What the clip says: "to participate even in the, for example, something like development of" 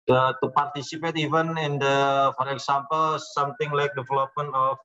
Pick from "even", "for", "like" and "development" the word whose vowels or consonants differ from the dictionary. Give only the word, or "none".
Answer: development